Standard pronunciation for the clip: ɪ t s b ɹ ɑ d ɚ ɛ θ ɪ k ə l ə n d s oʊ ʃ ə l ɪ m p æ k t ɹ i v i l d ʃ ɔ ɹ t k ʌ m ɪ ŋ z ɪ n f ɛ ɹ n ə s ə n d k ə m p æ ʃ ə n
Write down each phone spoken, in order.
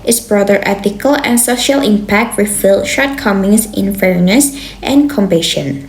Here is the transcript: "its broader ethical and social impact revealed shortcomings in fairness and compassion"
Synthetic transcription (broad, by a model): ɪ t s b ɹ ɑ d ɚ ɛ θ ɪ k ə l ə n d s oʊ ʃ ə l ɪ m p æ k t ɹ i f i l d ʃ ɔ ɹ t k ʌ m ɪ ŋ s ɪ n f ɛ ɹ n ə s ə n k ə m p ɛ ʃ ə n